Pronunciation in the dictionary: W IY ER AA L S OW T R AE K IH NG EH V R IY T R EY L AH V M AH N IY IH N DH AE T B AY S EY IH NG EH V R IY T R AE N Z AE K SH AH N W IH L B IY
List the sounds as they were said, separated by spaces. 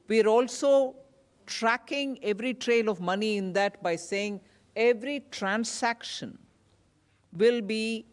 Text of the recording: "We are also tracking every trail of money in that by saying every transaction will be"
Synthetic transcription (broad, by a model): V IY ER AA L S OW T R AE K IH NG EH V R IY T R EY L AH V M AH N IY IH N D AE T B AY S EY IH NG EH V R IY T R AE N S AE K SH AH N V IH L B IY